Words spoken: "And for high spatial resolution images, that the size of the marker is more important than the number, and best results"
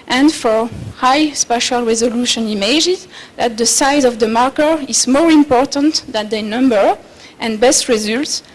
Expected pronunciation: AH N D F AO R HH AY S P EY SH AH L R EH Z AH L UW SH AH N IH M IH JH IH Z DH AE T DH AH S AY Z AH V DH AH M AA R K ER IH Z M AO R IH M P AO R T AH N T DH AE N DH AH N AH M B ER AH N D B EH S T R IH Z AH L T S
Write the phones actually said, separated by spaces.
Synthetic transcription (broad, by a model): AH N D F AO R HH AY S P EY SH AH L R EH Z AH L UW SH AH N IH M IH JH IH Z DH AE T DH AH S AY Z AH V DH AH M AA R K ER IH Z M AO R IH M P AO R T AH N T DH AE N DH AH N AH M B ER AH N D B EH S T R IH Z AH L T S